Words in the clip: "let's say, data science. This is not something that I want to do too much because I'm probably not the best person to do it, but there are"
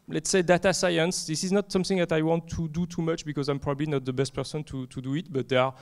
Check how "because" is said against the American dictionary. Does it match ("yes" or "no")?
yes